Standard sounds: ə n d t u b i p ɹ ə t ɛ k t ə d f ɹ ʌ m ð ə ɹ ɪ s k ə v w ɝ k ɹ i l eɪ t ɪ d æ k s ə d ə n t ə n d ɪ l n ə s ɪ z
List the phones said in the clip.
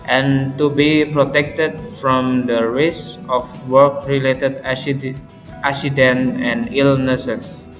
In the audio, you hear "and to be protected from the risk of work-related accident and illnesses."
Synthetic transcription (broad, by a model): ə n t u b i p ɹ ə t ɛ k t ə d f ɹ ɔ m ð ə ɹ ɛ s ə f w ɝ k ɹ i l eɪ t ɪ d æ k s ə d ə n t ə n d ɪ l n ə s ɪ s